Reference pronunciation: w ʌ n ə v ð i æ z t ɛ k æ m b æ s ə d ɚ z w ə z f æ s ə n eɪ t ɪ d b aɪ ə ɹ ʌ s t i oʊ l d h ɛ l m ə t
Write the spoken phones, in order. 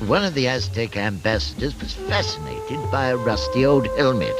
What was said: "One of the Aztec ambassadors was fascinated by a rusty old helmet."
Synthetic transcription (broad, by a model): w ʌ n ə v ð i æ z t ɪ k æ m b æ s ə d ɚ z w ə z f æ s ə n eɪ t ɪ d b aɪ ə ɹ ʌ s t i oʊ l d h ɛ l m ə t